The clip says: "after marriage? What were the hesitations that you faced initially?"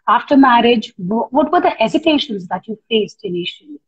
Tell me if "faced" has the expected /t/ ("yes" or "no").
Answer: yes